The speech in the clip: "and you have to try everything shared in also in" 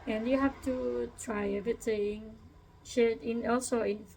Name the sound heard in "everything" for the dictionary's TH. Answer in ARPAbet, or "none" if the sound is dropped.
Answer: T